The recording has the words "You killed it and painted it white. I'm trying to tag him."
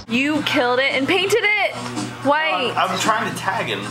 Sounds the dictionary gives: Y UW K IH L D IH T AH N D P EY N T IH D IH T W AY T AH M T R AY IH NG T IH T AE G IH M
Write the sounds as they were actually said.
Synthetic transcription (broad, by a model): Y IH K IH L D IH T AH N P EY N T IH D IH T W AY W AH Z T R AY IH NG T IH T AE G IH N